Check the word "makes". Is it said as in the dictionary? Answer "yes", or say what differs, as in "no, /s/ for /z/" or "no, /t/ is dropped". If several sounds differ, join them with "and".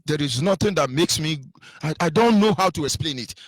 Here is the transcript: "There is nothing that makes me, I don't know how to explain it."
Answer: yes